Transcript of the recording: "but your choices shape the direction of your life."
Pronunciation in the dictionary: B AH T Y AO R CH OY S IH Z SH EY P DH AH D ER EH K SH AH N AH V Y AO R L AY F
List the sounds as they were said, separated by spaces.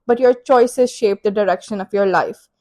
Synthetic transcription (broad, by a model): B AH T Y AO R CH OY S IH Z SH EY P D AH D ER EH K SH AH N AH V Y AO R L AY F